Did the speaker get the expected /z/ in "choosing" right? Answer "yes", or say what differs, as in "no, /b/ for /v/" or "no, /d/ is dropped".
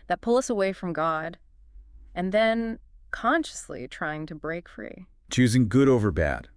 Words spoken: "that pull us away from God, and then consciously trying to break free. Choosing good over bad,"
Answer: yes